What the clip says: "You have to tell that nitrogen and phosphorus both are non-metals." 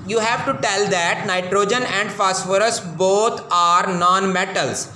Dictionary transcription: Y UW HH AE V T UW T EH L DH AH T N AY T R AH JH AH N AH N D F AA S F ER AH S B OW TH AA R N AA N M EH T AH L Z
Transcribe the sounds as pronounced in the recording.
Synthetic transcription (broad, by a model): Y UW HH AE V T UW T EH L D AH T N AY T R AH JH AH N AH N D F AA S F ER AH S B OW T AA R N AA N M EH T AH L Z